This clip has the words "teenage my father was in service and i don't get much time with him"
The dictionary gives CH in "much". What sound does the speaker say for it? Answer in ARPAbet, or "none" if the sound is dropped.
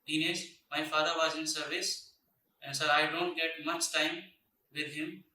S